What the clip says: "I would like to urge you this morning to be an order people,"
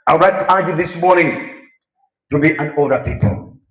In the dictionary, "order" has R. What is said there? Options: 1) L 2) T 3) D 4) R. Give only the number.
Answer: 1